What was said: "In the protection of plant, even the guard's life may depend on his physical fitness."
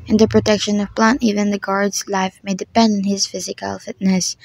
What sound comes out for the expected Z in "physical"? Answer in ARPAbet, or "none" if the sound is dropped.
Z